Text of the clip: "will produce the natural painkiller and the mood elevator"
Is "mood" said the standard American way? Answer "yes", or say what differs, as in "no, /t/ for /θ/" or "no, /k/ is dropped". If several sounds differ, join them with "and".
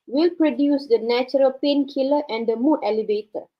no, /d/ is dropped